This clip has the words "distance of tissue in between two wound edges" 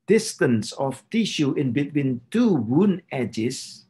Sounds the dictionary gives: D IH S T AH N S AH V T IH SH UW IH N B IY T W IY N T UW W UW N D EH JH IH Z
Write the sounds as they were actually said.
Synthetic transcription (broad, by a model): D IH S T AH N S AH F T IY SH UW IH N B IY T W IY N T UW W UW N EH JH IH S